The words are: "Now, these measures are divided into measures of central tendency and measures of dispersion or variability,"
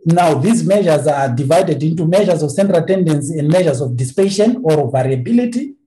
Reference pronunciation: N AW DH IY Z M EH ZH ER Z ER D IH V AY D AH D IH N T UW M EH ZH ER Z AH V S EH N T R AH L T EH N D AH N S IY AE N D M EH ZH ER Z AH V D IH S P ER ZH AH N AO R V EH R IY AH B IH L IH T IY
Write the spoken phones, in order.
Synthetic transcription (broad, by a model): N AW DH IY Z M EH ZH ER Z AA D IH V AY D AH D IH N T UW M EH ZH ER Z AH V S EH N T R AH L T EH N D AH N S IY N D M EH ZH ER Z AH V D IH S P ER SH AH N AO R V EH R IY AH B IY L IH T IY